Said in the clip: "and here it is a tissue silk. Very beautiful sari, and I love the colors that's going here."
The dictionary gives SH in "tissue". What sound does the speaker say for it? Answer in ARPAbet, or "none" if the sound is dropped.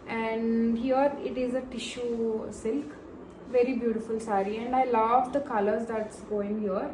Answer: SH